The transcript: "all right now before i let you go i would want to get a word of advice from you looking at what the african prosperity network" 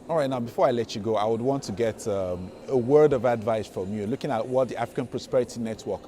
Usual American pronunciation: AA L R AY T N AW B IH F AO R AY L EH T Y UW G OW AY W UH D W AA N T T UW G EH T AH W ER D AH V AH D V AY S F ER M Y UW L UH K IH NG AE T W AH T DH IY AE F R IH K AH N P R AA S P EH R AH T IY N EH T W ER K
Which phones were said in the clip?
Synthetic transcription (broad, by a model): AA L R AY T N AW B IH F AO R AY L EH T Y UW G OW AY W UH D W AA N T T UW G EH T AH W ER D AH V AH D V AY S F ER M Y UW L UH K IH NG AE T W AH T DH IY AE F R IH K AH N P R AA S P EH R AH T IY N EH T W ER K